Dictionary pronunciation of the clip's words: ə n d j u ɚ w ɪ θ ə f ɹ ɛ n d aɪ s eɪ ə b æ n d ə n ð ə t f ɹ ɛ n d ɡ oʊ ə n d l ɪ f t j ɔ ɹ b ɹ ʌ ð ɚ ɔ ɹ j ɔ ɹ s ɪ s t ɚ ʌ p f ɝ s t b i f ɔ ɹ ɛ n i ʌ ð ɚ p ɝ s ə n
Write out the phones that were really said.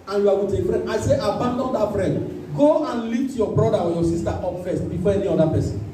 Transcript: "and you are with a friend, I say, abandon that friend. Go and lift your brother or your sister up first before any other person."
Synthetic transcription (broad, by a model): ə n j u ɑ w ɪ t ə f ɹ ɛ n d aɪ s eɪ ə b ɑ n d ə n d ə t f ɹ ɛ n d ɡ oʊ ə n l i t j ɔ b ɹ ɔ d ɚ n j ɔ s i s t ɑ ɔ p f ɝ s t b i f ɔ ɛ n i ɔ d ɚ p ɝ s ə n